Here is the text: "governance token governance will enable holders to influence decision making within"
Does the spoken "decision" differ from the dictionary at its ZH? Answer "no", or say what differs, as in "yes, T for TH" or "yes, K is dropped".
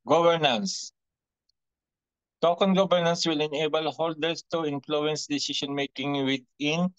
yes, SH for ZH